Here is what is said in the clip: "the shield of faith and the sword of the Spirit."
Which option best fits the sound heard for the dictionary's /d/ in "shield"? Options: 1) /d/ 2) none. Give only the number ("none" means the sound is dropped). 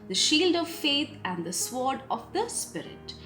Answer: 1